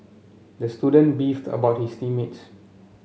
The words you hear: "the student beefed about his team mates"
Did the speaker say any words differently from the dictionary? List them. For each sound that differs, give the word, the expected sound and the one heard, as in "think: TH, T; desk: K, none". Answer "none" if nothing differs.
his: Z, S